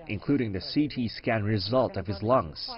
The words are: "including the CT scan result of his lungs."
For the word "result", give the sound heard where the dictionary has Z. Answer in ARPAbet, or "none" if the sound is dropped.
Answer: Z